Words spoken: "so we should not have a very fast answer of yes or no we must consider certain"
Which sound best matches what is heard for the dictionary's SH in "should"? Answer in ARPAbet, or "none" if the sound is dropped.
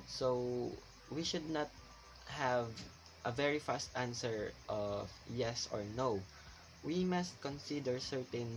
SH